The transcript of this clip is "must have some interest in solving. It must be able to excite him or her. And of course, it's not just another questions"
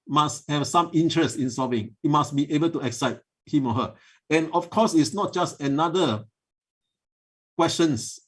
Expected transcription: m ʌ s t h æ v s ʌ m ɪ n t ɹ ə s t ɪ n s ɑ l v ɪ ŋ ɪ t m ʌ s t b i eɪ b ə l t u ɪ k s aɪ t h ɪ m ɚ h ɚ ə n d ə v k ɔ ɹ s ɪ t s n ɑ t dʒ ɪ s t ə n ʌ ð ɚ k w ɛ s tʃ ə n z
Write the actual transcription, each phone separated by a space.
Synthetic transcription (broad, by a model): m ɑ s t h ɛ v s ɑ m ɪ n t ɹ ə s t ɪ n s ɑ v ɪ ŋ ɪ t m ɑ s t b i eɪ b ə l t u ɪ k s aɪ t h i m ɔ h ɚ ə n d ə f k ɔ s ɪ t s n ɑ t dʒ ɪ s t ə n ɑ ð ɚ k w ɛ s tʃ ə n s